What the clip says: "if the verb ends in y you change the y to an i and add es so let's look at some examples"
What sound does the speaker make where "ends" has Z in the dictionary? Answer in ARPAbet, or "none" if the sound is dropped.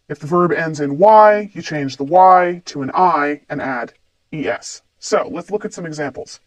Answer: Z